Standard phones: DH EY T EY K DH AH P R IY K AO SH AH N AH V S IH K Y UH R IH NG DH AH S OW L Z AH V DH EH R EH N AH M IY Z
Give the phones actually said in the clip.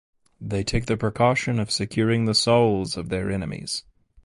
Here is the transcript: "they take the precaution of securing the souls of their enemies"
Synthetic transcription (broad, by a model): DH EY T EY K DH AH P R IY K AO SH AH N AH V S IH K Y UH R IH NG DH AH S OW L Z AH V DH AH R EH N AH M IY Z